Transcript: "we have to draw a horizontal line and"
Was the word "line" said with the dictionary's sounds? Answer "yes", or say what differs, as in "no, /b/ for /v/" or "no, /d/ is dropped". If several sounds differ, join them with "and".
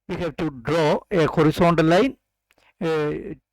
no, /n/ is dropped